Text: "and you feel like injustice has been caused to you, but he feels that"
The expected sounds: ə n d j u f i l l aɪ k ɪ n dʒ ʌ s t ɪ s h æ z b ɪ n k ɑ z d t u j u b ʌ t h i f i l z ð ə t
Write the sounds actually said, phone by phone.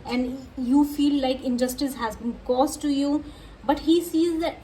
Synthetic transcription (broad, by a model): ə n d j u f i l l aɪ k ɪ n dʒ ʌ s t ɪ s h æ z b ɪ n k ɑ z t t u j u b ʌ t h i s i z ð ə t